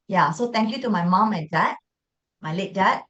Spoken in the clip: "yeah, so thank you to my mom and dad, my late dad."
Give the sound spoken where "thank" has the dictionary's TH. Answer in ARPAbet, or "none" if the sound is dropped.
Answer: T